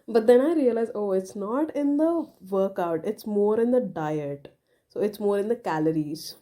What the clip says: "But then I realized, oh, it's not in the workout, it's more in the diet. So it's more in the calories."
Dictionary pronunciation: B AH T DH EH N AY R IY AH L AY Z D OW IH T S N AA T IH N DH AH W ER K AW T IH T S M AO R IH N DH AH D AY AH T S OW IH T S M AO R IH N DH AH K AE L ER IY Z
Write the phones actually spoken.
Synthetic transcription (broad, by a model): B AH T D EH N AY R IY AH L AY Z OW IH T S N AA T IH N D AH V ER K AW T IH T S M AO R IH N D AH D AY AH T S OW IH T S M AO R IH N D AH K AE L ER IY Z